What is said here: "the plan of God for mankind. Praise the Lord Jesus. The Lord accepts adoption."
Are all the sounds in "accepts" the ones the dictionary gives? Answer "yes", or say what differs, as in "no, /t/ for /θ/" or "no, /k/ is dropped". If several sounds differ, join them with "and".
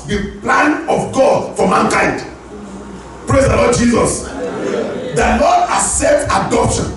no, /k/ is dropped